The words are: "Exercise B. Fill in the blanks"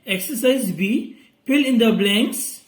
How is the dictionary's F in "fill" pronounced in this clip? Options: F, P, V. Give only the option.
P